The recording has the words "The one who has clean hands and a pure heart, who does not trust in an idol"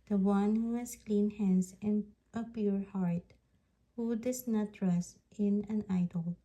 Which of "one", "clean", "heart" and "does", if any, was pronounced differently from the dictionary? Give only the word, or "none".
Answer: does